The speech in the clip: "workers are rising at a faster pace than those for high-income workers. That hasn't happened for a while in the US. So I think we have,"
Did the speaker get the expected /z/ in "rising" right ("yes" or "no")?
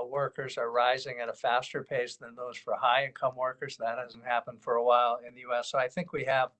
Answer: yes